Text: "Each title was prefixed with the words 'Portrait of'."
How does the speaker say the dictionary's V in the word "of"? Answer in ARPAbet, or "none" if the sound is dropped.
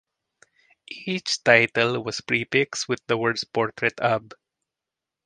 B